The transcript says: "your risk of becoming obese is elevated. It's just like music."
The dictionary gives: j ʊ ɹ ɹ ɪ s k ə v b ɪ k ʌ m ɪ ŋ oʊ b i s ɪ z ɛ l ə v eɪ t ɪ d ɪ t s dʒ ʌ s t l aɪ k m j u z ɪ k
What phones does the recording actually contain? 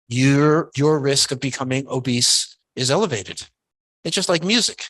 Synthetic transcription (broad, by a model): j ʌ ɹ ɹ ɪ s k ə v b ɪ k ʌ m ɪ ŋ oʊ b i s ɪ z ɛ l ə v eɪ t ɪ d ɪ t s dʒ ʌ s t l aɪ k m j u z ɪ k